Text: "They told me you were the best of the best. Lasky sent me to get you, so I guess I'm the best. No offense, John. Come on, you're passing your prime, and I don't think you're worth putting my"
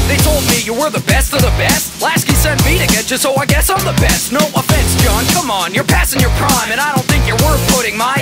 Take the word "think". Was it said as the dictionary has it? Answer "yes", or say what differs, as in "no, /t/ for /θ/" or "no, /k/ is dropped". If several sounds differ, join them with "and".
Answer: yes